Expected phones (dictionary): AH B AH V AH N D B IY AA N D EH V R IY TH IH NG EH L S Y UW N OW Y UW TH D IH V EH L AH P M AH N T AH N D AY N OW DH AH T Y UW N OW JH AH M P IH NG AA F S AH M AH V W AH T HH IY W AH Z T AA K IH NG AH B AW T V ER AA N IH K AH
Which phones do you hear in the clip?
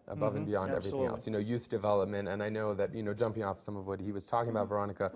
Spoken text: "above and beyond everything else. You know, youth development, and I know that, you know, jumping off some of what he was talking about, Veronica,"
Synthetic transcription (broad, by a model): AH B AH V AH N B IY AA N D EH V R IY TH IH NG EH L S Y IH N OW Y UW TH D IH V EH L AH P M AH N T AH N AY N OW DH AH T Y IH N OW JH AH M P IH NG AA F S AH M AH V W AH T HH IY W AH Z T AA K IH NG AH B AW T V ER AA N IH K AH